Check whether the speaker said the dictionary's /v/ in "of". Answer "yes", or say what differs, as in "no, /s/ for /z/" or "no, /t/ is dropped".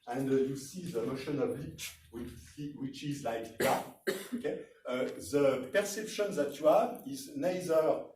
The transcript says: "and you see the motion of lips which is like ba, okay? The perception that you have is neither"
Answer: no, /b/ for /v/